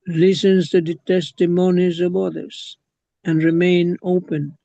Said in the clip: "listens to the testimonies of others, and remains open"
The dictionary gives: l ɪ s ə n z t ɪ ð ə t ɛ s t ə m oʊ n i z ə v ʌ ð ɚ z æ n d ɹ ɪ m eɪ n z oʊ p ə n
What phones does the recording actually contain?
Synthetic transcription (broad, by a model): l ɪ s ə n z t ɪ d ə t ɛ s t ə m oʊ n i z ə v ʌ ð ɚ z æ n d ɹ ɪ m eɪ n oʊ p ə n